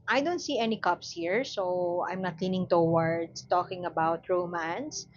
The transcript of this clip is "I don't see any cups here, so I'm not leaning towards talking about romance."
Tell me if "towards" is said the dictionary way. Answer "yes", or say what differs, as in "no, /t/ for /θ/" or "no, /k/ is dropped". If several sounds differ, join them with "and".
no, /s/ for /z/